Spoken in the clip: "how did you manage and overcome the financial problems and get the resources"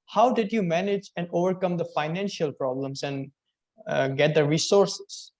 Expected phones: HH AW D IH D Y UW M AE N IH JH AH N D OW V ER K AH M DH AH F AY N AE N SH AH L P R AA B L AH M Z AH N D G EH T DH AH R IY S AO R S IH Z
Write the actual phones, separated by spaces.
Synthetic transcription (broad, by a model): HH AW D IH D Y UW M AE N IH JH AH N D OW V ER K AH M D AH F AY N AE N SH AH L P R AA B L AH M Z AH N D G EH T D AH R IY S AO R S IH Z